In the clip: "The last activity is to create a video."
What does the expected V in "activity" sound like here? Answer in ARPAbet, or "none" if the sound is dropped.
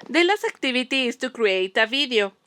B